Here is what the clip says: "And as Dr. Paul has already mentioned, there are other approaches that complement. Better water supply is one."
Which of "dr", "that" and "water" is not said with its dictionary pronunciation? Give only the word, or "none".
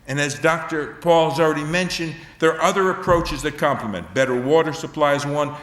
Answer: none